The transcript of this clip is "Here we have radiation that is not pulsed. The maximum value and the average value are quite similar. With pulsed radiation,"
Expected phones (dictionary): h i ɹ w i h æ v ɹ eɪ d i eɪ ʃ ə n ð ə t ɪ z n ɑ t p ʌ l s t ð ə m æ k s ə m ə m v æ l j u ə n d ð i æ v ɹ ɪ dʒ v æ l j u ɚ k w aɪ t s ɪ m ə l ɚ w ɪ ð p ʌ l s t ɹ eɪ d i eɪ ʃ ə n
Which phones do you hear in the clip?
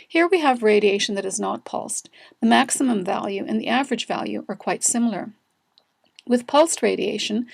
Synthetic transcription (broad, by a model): h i ɹ w i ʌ v ɹ eɪ d i eɪ ʃ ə n ð ə t ɪ z n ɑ t p ʌ l s t ð ə m æ k s ə m ə m v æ l j u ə n ð i æ v ɹ ɪ dʒ v æ l j u ɚ k w aɪ t s ɪ m l ɚ w ɪ ð p ʌ l s t ɹ eɪ d i eɪ ʃ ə n